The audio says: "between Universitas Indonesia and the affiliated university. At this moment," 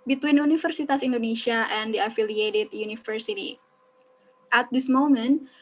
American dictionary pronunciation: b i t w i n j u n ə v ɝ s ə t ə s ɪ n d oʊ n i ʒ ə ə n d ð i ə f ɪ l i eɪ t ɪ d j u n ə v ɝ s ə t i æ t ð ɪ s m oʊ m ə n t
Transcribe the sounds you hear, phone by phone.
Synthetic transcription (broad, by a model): b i t w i n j u n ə f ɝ s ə t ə s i n d oʊ n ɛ ʃ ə ə n d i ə f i l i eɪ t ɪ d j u n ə f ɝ s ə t i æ t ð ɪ s m oʊ m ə n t